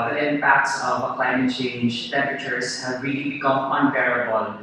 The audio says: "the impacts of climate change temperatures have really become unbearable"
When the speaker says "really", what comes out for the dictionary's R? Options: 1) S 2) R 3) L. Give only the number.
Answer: 2